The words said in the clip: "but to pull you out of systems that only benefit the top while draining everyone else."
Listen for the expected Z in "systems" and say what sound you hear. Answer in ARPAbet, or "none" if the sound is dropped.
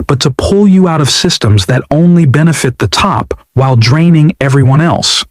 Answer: Z